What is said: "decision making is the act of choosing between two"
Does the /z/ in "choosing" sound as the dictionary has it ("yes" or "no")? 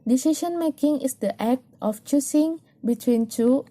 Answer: no